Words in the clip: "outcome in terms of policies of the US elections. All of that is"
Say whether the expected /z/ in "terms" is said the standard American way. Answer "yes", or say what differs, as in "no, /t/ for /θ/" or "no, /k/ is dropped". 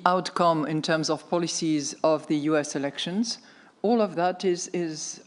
yes